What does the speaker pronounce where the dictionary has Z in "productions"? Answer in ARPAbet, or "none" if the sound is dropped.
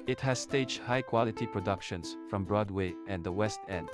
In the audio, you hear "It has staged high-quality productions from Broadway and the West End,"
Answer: S